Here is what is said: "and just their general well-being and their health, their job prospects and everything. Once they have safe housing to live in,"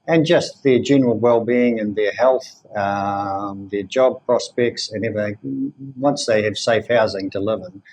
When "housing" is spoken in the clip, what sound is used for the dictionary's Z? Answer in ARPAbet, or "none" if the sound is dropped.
Z